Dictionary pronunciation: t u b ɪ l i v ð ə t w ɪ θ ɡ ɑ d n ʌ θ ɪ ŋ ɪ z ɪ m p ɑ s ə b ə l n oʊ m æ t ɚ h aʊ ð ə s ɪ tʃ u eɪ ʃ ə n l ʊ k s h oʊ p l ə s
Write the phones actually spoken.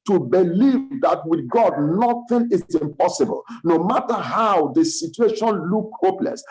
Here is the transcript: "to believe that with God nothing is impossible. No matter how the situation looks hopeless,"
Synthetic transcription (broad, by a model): t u b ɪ l i v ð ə t w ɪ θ ɡ ɑ d n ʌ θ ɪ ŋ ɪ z ɪ m p ɑ s ə b ə l n oʊ m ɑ t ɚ h aʊ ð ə s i tʃ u eɪ ʃ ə n l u k h oʊ p l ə s